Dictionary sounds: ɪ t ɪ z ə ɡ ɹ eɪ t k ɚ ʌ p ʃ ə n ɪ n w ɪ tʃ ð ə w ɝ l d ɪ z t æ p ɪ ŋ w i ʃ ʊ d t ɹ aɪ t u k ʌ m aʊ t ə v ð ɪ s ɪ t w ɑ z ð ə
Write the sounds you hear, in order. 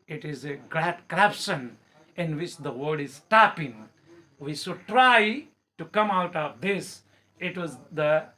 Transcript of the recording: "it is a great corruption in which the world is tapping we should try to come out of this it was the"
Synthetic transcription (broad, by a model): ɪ t ɪ z ə ɡ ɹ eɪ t k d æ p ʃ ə n ɪ n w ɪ tʃ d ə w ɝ d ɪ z t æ p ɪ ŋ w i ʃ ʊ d t ɹ aɪ t u k ʌ m aʊ t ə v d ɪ s ɪ t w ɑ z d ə